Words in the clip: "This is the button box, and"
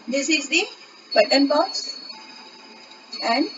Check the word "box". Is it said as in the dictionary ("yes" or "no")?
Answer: no